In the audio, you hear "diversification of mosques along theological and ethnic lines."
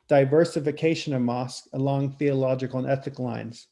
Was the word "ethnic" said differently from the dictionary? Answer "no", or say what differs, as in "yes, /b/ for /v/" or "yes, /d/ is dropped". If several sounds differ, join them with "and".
yes, /n/ is dropped